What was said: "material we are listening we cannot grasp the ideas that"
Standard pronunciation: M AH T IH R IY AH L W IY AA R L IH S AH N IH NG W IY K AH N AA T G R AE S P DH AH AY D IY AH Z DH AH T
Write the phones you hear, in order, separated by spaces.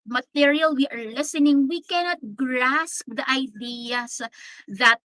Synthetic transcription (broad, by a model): M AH T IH R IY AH L W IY AA R L IH S AH N IH NG W IY K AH N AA T G R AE S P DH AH AY D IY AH S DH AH T